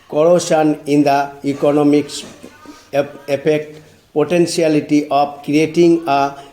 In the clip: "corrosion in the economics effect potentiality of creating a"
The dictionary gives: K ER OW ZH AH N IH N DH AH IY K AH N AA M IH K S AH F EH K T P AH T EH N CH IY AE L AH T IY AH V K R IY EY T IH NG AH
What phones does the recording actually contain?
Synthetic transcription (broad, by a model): K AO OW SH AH N IH N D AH IY K AH N AA M IH K S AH P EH K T P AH T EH N S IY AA L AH T IY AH P K R IY EY T IH NG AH